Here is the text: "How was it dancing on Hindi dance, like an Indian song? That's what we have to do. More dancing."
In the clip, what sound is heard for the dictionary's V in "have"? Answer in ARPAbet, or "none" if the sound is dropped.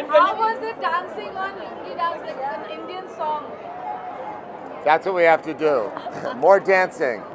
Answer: F